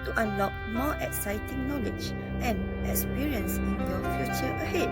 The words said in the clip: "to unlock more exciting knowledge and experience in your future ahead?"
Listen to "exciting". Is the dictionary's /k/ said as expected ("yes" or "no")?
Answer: yes